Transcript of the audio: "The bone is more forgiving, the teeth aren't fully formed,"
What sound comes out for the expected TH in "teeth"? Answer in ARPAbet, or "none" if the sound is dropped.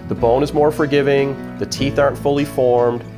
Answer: TH